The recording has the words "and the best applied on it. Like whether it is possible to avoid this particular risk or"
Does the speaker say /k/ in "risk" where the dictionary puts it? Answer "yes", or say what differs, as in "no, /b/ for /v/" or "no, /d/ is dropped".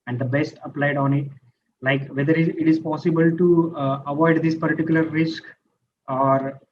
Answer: yes